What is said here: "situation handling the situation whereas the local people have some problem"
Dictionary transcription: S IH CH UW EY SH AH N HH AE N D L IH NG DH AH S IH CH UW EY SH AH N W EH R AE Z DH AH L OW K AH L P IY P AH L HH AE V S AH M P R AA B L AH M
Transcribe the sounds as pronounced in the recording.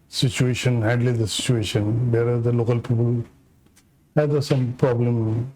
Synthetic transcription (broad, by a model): S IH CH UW EY SH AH N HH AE D L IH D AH S IH CH UW EY SH AH N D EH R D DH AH L OW K AH L P IY P AH L HH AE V S AH M P R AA B L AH M